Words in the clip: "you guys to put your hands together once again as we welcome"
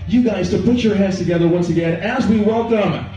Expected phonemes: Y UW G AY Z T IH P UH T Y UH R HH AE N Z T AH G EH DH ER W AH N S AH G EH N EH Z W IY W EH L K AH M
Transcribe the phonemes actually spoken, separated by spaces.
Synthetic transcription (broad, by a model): Y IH G AY Z T IH P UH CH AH R HH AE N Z T AH G EH DH ER W AH N S AH G EH N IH Z W IY W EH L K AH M